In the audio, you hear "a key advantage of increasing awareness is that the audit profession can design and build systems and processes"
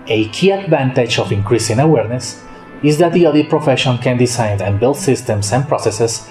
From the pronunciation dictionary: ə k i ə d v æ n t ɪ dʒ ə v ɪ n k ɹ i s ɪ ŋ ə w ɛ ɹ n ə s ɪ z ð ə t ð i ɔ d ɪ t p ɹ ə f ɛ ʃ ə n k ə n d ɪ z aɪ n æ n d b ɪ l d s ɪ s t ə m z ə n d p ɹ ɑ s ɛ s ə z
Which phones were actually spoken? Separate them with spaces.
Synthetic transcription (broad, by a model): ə k i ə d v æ n t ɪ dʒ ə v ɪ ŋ k ɹ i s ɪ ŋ ə w ɛ ɹ n ə s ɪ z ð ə t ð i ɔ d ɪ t p ɹ ə f ɛ ʃ ə n k ə n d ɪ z aɪ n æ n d b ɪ l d s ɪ s t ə m s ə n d p ɹ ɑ s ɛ s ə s